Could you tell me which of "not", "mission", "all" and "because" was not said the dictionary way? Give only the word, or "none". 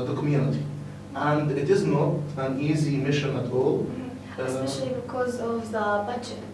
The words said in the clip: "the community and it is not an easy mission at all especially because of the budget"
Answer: none